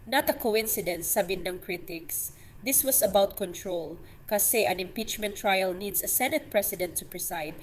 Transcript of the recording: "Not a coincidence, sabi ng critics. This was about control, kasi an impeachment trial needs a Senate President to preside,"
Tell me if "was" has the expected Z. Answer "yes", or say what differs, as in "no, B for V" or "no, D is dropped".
no, S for Z